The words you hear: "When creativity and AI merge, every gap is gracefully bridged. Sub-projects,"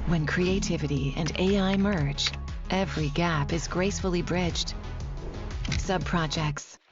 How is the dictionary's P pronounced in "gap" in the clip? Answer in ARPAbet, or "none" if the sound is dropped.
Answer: P